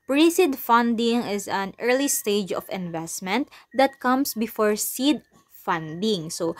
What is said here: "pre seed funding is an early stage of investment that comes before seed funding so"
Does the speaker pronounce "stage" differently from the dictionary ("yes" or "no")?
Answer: no